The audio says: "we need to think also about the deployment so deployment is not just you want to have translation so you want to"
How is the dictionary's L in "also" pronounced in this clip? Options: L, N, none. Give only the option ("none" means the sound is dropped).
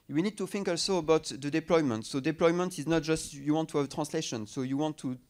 L